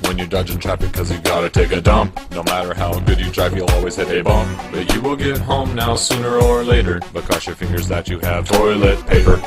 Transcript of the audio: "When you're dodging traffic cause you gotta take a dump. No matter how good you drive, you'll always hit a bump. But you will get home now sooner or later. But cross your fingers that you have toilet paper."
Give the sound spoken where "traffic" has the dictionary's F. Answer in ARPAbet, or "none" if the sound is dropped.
P